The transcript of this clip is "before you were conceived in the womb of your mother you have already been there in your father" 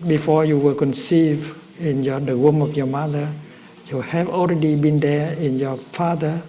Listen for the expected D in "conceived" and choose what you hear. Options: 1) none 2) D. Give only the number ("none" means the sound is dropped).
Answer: 1